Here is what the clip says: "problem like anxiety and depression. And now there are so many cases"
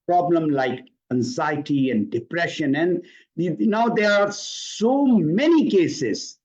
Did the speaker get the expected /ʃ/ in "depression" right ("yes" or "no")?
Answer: yes